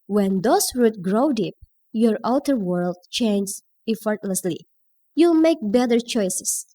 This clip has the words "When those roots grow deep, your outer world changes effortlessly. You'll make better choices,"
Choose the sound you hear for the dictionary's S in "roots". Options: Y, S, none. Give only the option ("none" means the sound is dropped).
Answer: none